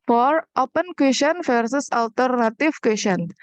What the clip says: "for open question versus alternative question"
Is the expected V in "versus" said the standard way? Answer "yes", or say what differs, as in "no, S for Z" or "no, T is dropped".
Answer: no, F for V